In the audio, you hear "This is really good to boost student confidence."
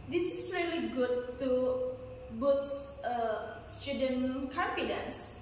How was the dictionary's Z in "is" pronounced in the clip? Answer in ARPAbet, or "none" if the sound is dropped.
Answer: S